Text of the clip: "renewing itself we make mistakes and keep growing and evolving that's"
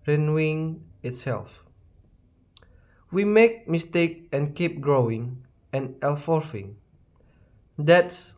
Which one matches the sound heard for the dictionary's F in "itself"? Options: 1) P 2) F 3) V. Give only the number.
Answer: 2